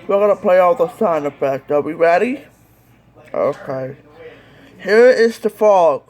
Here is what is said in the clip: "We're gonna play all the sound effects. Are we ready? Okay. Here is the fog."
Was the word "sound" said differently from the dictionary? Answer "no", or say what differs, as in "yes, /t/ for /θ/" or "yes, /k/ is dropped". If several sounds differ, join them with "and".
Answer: yes, /d/ is dropped